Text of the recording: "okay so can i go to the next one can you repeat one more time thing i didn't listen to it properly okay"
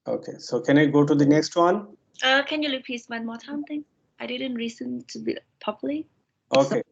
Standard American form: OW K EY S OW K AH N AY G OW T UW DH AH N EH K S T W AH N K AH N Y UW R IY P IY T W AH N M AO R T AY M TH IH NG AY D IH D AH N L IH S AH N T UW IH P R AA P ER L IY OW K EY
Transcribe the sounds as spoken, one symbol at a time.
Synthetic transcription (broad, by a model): OW K EY S OW K AH N AY G OW T UW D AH N EH K S T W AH N K AH N Y UW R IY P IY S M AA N M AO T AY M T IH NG AY D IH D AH N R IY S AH N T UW IH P AA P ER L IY OW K EY